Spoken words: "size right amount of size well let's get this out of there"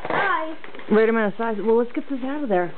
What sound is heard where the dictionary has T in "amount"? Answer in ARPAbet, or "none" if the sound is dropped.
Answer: none